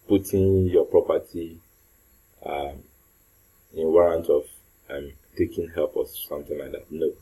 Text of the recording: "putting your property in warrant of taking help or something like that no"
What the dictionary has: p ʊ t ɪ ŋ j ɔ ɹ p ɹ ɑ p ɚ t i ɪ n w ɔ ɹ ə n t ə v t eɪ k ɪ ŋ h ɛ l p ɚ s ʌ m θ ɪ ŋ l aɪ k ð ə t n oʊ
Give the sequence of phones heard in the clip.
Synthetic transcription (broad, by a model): p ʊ t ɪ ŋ j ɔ p ɹ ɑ p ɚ t i ɪ n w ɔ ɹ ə n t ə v t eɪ k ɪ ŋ h ɛ l p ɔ s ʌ m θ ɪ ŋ l aɪ k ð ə t n oʊ